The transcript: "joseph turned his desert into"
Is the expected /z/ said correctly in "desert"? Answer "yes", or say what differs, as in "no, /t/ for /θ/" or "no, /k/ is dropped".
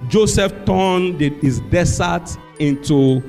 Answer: no, /s/ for /z/